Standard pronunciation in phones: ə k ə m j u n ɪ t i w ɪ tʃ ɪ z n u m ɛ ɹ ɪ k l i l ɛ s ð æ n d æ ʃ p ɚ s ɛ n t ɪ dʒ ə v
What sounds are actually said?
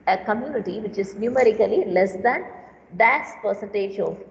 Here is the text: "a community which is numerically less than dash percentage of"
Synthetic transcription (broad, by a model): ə k ə m j u n ɪ t i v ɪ tʃ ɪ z n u m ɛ ɹ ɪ k l i l ɛ s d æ n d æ s p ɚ s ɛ n t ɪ dʒ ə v